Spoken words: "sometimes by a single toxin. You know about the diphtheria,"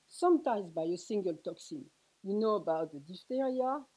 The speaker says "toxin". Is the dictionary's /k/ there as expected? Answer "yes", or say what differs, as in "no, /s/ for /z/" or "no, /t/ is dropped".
yes